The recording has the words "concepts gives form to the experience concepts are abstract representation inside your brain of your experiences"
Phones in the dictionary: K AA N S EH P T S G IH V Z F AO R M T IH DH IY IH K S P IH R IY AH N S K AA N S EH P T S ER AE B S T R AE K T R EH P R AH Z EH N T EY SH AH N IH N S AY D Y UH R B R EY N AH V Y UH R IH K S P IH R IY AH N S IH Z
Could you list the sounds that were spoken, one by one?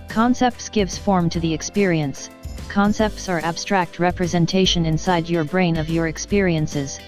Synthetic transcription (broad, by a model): K AA N S EH P T S G IH V Z F AO R M T IH DH IY IH K S P IH R IY AH N S K AA N S EH P T S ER AE B S T R AE K T R EH P R AH Z EH N T EY SH AH N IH N S AY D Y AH R B R EY N AH V Y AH R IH K S P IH R IY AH N S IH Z